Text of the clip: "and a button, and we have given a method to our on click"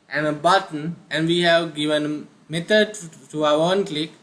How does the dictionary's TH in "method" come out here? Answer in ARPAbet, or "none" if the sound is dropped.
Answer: T